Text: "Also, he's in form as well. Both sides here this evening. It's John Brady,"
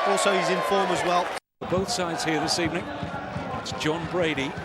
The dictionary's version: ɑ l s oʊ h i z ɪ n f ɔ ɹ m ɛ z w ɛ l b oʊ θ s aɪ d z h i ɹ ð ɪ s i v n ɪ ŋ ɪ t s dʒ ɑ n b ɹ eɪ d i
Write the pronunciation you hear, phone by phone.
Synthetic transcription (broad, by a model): ɑ l s oʊ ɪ z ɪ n f ɔ ɹ m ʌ z w ɛ l b oʊ θ s aɪ d z h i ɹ ð ɪ s i v n ɪ ŋ ɪ t s dʒ ɑ n b ɹ eɪ d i